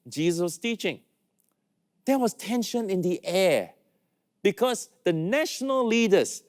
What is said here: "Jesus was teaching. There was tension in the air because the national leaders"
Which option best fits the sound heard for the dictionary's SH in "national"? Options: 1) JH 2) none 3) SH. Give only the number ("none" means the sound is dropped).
3